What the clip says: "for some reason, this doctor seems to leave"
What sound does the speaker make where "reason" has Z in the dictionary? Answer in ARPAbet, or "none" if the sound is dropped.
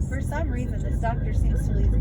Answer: Z